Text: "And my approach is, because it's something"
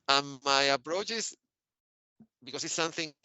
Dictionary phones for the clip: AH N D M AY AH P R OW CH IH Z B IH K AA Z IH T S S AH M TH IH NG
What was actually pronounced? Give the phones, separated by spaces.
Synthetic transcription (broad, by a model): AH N M AY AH P R OW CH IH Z B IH K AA S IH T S S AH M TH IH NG